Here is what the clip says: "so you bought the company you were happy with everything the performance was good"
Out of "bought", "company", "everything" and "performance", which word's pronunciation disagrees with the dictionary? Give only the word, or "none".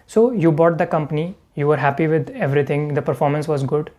everything